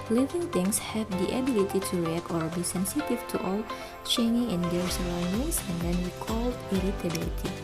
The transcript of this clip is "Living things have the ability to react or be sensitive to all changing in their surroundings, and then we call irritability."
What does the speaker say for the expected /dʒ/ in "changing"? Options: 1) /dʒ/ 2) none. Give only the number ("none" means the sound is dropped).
2